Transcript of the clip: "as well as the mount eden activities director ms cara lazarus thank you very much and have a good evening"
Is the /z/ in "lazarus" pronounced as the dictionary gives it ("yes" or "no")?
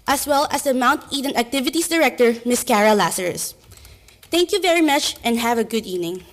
no